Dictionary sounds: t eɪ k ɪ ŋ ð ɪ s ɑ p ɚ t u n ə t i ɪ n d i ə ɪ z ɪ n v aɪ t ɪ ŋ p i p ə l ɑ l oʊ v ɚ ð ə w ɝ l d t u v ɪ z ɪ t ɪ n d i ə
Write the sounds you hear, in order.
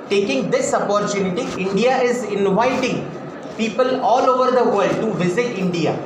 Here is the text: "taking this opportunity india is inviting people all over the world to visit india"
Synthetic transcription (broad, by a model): t eɪ k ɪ ŋ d ɪ s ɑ p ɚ t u n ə t i ɪ n d i ə ɪ z ɪ n v aɪ t ɪ ŋ p i p ə l ɑ l oʊ v ɚ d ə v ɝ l d t u v ɪ z ɪ t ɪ n d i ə